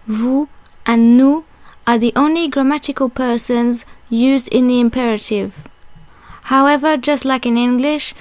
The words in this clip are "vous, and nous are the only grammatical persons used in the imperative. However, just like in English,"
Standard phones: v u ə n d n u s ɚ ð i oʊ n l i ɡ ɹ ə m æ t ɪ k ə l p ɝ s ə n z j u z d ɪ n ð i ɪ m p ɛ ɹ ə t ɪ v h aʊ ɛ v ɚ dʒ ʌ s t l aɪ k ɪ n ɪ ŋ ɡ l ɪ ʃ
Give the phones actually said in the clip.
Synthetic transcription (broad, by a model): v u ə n n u ɚ ð i oʊ n l i ɡ ɹ ə m æ t ɪ k ə l p ɝ s ə n z j u z d ɪ n ð i ɪ m p ɛ ɹ ə t ɪ v h aʊ ɛ v ɚ dʒ ʌ s t l aɪ k ɪ n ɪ ŋ ɡ l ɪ ʃ